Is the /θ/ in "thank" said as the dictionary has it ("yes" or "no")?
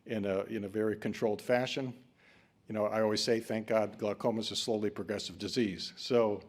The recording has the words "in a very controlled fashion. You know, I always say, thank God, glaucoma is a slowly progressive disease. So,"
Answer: yes